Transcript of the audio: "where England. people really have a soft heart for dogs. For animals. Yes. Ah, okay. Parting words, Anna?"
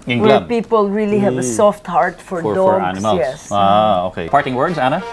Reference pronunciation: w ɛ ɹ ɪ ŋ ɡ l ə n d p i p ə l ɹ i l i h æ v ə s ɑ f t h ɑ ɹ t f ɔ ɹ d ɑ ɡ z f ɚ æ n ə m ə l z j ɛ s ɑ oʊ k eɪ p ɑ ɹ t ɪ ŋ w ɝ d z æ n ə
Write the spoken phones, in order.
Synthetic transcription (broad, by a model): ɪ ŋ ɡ w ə p i p ə l ɹ i l i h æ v ə s ɑ f t h ɑ ɹ t f ɔ ɹ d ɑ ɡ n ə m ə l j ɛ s ɑ oʊ k eɪ p ɑ ɹ t ɪ ŋ w ɝ d z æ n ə